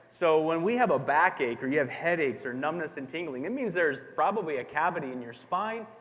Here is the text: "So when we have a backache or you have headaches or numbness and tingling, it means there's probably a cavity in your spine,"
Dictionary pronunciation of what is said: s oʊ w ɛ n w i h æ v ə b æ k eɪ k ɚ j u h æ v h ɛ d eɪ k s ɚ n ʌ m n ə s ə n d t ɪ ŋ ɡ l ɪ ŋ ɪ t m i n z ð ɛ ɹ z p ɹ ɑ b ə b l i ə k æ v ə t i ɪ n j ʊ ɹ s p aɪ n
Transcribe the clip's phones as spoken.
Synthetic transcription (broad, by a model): s oʊ w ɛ n w i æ v ə b æ k eɪ k ɚ j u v h ɛ d eɪ k s ɚ n ʌ m n ə s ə n t ɪ ŋ ɡ l ɪ ŋ ɪ t m i n z ð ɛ ɹ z p ɹ ɑ b ə b l i ə k æ v ə t i ɪ n j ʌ ɹ s p aɪ n